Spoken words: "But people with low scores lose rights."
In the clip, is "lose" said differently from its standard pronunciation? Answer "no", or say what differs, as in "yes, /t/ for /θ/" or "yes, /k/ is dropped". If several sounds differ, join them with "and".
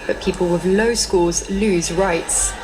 no